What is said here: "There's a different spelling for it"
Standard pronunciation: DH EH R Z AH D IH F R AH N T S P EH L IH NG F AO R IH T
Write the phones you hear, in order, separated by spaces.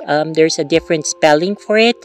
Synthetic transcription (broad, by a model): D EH R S AH D IH F R AH N T S P EH L IH NG F AO R IH T